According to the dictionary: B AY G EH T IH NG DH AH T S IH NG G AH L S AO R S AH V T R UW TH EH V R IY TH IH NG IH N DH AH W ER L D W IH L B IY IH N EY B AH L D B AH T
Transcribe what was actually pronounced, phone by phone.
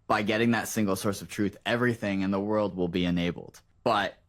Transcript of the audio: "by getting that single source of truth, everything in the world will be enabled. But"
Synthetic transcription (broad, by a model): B AY G EH T IH NG DH AH T S IH NG G L S AO R S AH V T R UW TH EH V R IY TH IH NG IH N DH AH W ER L D W IH L B IY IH N EY B L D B AH T